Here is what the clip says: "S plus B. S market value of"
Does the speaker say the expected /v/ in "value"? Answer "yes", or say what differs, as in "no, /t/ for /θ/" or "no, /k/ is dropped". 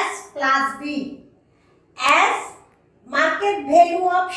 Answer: no, /b/ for /v/